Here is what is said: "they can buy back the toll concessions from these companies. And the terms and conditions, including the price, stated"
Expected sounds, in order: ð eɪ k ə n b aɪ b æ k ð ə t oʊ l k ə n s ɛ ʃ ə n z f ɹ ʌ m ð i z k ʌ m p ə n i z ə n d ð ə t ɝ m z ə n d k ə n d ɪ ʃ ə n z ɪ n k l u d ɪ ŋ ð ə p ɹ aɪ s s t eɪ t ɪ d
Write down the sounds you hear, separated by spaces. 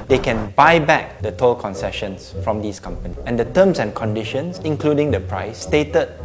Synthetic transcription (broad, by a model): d eɪ k ə n b aɪ b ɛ k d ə t oʊ l k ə n s ɛ ʃ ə n s f ɹ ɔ m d i s k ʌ m p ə n i ə n d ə t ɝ m s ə n k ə n d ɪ ʃ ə n s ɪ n k l u d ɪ ŋ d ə p ɹ aɪ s s t eɪ t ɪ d